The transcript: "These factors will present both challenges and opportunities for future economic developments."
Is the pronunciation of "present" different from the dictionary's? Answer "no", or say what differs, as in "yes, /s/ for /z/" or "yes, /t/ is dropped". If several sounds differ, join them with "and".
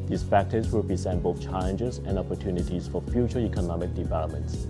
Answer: yes, /s/ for /z/